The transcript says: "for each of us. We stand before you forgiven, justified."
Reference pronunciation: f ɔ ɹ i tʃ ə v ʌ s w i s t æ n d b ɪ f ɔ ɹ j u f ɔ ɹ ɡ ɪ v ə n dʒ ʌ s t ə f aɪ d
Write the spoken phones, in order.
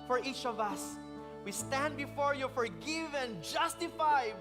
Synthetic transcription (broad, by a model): f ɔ ɹ i tʃ ə v ʌ s w i s t æ n d b ɪ f ɔ ɹ j u f ɔ ɹ ɡ ɪ v ə n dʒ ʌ s t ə f aɪ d